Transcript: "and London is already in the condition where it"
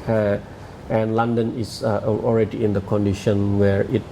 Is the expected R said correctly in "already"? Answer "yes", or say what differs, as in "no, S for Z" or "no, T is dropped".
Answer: yes